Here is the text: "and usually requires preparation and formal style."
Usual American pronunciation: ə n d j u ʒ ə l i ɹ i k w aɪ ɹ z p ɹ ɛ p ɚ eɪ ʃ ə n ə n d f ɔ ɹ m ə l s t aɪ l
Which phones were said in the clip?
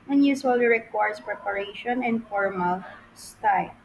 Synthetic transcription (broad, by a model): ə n j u s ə l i ɹ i k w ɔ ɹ s p ɹ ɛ p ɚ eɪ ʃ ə n ə n d f ɔ ɹ m ə l s t aɪ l